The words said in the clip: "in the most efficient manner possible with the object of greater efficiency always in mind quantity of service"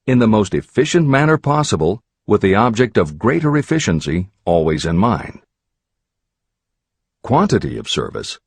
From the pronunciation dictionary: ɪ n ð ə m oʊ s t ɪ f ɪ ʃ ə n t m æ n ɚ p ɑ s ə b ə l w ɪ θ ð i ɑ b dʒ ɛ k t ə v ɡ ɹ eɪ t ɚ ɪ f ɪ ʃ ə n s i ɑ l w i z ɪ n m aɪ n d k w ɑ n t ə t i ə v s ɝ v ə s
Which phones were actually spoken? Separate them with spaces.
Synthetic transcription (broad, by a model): ɪ n ð ə m oʊ s t ɪ f ɪ ʃ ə n m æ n ɚ p ɑ s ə b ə l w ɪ ð i ɑ b dʒ ɛ k t ə v ɡ ɹ eɪ t ɚ ɪ f ɪ ʃ ə n s i ɑ l w i z ɪ n m aɪ n k w ɑ n t ə t i ə v s ɝ v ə s